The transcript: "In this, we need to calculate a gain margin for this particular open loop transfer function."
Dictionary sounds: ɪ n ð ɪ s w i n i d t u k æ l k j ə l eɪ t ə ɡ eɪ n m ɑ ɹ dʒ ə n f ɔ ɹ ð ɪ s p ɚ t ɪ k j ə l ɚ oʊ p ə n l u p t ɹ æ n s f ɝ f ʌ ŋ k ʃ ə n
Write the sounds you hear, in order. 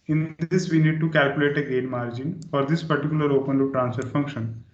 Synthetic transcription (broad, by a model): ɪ n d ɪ s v i n i d t u k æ l k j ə l eɪ t ə ɡ eɪ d m ɑ ɹ dʒ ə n f ɔ ɹ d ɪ s p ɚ t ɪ k j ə l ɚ oʊ p ə n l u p t ɹ æ n s f ɝ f ʌ ŋ k ʃ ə n